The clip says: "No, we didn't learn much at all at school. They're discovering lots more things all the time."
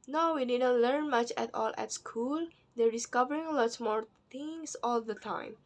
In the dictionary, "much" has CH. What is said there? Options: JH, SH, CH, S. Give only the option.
CH